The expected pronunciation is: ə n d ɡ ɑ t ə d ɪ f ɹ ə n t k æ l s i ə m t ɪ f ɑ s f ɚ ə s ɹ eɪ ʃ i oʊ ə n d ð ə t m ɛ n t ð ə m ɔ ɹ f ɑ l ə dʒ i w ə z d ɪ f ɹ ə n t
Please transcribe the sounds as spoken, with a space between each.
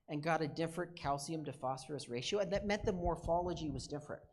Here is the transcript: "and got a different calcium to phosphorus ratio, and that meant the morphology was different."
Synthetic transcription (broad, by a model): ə n ɡ ɑ t ə d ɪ f ɹ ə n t k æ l s i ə m t ɪ f ɑ s f ɚ ə s ɹ eɪ ʃ i oʊ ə n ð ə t m ɛ n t ð ə m ɔ ɹ f ɑ l ə dʒ i w ə z d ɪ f ɹ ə n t